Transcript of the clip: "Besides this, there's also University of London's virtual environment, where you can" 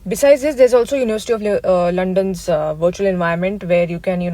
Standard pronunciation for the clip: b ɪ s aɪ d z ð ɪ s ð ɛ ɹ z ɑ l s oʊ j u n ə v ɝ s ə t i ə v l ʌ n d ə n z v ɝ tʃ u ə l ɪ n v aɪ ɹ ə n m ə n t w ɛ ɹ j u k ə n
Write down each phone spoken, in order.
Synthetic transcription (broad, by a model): b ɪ s aɪ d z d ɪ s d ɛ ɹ z ɑ l s oʊ j u n ə v ɝ s ə t i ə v l ʌ n d ə n z v ɝ tʃ u ə l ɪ n v aɪ ə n m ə n t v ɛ ɹ j u k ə n